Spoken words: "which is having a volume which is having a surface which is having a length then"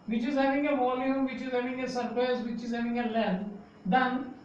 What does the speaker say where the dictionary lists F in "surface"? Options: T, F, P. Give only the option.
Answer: P